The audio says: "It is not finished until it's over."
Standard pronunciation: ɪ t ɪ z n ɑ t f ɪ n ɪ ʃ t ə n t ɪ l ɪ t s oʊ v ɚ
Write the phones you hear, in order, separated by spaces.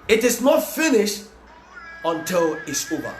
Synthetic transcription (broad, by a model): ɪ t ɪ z n ɑ t f ɪ n ɪ ʃ t ə n t ɪ l ɪ t s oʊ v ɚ